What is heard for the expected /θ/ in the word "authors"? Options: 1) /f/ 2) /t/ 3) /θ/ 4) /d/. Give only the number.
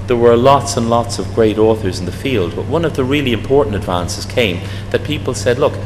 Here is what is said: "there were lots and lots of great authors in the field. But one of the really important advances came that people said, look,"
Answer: 3